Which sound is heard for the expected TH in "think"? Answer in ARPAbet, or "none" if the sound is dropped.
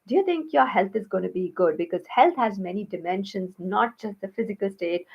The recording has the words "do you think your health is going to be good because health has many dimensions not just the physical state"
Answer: T